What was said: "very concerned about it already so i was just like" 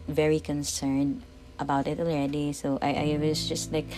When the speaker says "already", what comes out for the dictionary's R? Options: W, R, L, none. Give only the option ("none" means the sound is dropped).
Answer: none